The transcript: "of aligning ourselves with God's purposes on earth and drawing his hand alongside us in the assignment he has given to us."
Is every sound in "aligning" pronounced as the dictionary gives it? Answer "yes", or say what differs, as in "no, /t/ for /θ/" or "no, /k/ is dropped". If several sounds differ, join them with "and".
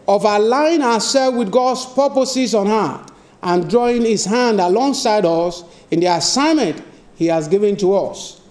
no, /n/ is dropped